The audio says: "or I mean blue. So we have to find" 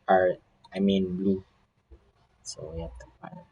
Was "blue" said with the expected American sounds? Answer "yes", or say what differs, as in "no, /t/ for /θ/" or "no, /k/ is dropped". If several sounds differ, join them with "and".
yes